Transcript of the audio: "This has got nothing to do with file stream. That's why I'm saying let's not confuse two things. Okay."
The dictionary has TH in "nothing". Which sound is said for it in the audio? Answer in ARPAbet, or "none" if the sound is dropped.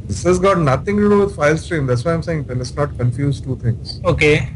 T